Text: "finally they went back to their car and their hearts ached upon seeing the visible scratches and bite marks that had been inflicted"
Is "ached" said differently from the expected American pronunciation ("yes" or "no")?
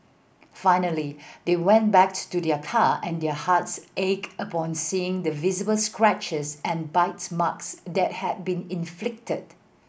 yes